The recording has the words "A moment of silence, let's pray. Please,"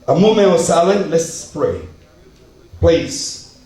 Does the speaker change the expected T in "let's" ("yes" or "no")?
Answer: yes